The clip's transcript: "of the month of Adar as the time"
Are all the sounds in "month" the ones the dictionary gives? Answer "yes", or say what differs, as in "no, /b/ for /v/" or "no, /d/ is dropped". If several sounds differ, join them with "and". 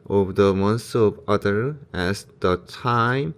no, /s/ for /θ/